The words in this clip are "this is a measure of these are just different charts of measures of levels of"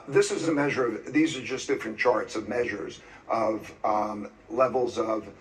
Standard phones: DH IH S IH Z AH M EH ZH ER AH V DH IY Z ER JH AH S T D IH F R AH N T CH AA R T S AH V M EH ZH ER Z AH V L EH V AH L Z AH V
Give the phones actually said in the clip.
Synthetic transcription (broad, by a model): DH IH S IH Z AH M EH ZH ER AH V DH IY Z ER JH AH S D IH F R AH N CH AA R T S AH V M EH ZH ER Z AH V L EH V L Z AH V